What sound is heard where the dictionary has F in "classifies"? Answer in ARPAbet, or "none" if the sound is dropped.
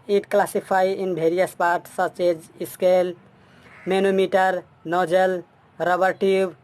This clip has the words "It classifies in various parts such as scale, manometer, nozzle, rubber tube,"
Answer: P